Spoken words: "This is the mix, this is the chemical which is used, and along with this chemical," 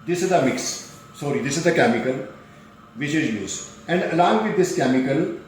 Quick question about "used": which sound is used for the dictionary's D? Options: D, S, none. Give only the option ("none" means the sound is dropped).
none